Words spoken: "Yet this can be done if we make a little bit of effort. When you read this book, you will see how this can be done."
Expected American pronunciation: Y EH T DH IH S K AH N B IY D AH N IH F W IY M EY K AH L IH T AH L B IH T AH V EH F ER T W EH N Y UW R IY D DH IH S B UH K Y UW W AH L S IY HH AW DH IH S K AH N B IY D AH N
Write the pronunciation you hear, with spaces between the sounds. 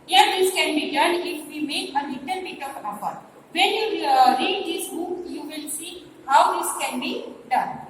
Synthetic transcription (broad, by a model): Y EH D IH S K AH N B IY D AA N IH F W IY M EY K AH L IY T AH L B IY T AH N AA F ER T W EH N Y UW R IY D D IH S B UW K Y UW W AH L S IY HH AW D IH S K AH N B IY D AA N